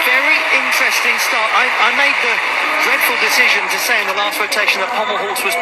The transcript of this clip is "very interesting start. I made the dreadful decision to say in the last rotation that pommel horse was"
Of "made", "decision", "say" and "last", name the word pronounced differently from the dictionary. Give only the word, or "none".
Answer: none